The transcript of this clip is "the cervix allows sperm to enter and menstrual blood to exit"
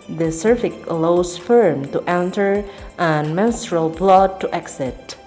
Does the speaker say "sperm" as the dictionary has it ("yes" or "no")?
no